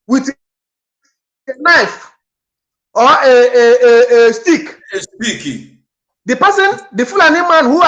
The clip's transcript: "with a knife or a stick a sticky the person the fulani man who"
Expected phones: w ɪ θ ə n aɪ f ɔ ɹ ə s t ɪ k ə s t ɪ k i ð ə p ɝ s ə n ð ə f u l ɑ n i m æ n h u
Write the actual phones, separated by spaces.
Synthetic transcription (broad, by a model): w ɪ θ n aɪ f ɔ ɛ ə s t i k ə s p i k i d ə p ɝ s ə n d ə f u l ɑ n i m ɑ n h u